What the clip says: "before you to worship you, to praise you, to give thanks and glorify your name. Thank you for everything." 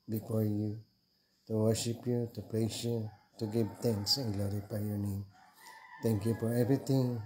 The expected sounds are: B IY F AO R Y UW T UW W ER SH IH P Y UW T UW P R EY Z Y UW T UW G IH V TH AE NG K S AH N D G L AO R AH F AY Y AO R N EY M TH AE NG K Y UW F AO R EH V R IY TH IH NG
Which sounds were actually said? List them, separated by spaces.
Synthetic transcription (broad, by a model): B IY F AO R Y UW T UW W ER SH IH P Y UW T UW P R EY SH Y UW T UW G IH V T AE NG K S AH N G L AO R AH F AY Y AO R N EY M T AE NG K Y UW F AO R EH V R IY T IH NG